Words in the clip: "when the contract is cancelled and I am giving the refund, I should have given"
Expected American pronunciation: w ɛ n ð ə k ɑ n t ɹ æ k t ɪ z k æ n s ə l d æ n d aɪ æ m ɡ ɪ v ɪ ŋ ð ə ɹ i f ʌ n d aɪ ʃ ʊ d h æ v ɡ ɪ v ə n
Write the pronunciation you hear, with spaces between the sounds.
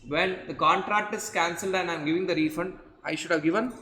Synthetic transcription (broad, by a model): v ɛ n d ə k ɑ n t ɹ æ k t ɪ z k æ n s ə l d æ n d aɪ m ɡ ɪ v ɪ ŋ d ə ɹ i f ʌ n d aɪ ʃ ʊ d h æ v ɡ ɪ v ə n